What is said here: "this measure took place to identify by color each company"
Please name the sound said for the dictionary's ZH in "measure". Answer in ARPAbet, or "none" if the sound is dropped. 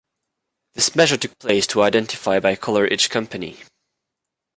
ZH